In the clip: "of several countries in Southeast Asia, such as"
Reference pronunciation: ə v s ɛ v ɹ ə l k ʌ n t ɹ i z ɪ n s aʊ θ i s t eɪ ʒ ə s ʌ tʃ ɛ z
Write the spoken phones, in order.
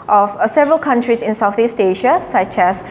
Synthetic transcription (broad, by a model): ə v s ɛ v ɹ ə l k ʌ n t ɹ i s ɪ n s aʊ θ i s t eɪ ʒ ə s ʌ tʃ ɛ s